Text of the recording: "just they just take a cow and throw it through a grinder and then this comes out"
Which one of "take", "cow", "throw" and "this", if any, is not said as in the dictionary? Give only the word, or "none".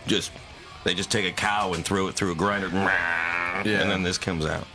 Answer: none